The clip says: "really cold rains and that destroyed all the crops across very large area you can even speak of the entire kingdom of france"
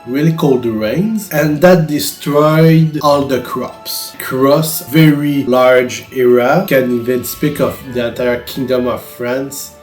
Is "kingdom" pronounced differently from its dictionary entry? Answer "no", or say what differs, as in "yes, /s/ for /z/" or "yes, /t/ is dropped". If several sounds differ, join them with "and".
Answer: no